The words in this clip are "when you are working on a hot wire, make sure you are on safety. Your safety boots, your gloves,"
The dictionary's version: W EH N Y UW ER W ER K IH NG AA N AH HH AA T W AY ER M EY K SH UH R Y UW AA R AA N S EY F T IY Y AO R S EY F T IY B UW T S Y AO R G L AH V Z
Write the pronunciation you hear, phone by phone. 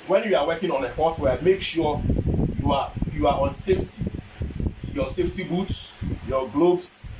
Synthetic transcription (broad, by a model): W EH N Y UW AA W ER K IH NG AA N AH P AA T W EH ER M EY K SH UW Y Y UW AA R AA N S EY F T IY Y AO S EY F T IY B UW T S Y AO G L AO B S